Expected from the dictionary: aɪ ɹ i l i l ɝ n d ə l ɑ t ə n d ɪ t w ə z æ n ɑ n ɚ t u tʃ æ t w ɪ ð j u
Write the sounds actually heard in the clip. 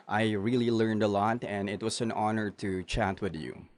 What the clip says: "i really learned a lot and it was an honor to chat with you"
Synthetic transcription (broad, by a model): aɪ ɹ i l i l ɝ n d ə l ɑ t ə n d ɪ t w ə s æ n ɑ n ɚ t u tʃ æ t w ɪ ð j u